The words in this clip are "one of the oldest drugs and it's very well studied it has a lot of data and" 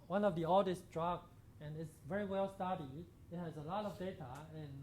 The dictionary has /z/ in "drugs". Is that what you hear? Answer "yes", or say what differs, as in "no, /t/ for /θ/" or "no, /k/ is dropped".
no, /z/ is dropped